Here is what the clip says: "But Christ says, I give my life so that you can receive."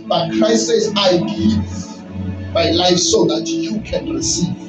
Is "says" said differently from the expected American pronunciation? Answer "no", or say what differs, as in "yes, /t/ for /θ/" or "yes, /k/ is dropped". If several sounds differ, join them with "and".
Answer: yes, /s/ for /z/